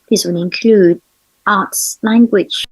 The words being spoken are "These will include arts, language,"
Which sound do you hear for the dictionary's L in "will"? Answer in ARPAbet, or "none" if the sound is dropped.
N